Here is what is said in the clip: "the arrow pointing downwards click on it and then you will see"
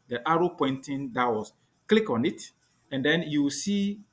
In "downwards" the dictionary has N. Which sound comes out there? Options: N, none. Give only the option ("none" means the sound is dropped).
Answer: none